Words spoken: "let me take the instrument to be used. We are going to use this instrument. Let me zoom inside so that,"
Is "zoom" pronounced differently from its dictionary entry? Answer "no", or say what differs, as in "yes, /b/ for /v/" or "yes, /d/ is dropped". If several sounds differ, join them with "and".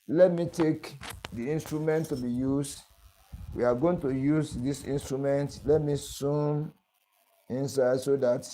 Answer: yes, /s/ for /z/